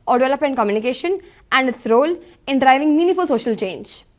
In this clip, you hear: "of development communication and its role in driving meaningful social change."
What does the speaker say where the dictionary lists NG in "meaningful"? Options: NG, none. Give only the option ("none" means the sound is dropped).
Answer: none